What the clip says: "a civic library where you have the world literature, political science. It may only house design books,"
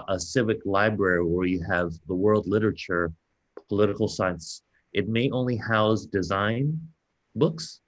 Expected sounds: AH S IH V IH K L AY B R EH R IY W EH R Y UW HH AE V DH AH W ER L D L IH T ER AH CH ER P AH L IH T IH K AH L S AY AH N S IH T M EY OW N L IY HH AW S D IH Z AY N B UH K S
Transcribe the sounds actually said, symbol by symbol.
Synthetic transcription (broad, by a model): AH S IH V IH K L AY B R EH R IY W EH R Y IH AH V DH AH W ER L D L IH T ER AH CH ER P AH L IH T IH K L S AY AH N S IH T M EY OW N L IY HH AW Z D IH Z AY N B UH K S